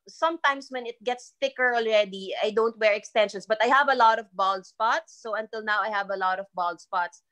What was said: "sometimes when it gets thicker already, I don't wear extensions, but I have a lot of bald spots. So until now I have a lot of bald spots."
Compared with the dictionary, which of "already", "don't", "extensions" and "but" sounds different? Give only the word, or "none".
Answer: extensions